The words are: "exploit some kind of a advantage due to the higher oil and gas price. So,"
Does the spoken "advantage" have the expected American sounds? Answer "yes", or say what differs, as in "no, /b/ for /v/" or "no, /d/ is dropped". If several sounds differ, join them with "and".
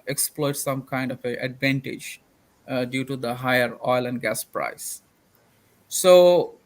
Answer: yes